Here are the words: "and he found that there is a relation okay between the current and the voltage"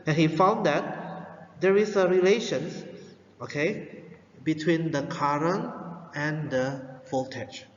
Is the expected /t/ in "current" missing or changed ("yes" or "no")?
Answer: yes